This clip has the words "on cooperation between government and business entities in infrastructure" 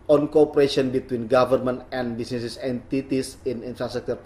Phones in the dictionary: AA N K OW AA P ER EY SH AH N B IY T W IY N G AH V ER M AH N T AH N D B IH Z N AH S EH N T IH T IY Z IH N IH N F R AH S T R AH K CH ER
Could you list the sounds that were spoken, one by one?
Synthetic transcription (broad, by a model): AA N K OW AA P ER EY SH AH N B IY T W IY N G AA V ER M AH N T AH N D B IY S N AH S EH N T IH T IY S IH N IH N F R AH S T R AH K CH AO